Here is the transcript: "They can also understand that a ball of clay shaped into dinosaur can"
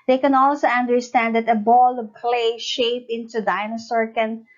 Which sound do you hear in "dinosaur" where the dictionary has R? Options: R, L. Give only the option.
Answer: R